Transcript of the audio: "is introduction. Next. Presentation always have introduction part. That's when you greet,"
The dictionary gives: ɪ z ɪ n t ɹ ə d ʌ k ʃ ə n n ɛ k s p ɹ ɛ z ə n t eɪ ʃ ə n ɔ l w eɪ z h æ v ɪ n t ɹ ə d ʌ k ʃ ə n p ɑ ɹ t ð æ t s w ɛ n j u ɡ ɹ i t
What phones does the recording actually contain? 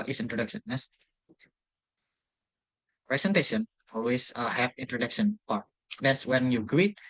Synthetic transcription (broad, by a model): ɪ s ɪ n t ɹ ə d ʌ k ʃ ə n n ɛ s p ɹ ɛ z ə n t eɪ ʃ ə n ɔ l w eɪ s h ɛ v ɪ n t ɹ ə d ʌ k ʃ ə n p ɑ ɹ t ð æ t s w ɛ n j u ɡ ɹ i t